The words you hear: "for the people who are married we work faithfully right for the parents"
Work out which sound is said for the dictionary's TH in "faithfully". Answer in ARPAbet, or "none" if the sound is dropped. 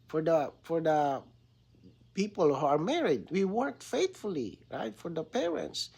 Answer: T